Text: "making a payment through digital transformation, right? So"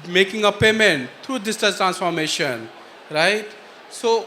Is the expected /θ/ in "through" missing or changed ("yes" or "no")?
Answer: yes